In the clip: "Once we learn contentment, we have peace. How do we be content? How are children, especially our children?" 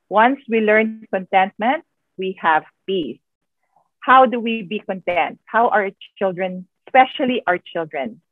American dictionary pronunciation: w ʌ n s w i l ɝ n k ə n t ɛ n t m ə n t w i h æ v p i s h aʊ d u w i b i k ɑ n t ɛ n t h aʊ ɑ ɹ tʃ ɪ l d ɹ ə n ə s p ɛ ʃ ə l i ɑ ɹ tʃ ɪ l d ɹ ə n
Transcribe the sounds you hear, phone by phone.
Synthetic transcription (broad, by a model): w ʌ n s w i l ɝ n k ə n t ɛ n t m ə n t w i h æ v p i s h aʊ d u w i b i k ɑ n t ɛ n t h aʊ ɑ ɹ tʃ ɪ l d ɹ ə n s p ɛ ʃ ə l i ɑ ɹ tʃ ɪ l d ɹ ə n